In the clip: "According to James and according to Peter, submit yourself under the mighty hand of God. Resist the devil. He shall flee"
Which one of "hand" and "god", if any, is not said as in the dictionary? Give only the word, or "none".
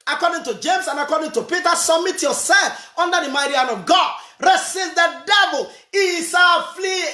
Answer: hand